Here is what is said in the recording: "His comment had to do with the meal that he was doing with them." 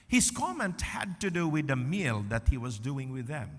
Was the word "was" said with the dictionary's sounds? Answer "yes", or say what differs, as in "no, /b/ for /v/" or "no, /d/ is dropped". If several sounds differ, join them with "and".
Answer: yes